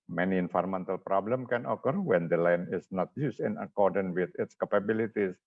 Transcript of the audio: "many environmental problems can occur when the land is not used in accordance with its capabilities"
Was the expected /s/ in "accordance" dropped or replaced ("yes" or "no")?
yes